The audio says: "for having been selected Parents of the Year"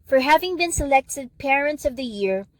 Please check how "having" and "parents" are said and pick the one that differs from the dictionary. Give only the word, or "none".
none